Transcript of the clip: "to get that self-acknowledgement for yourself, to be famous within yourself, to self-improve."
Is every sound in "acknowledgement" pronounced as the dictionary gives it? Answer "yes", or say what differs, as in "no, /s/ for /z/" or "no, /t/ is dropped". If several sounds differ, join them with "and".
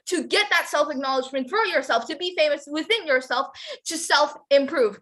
yes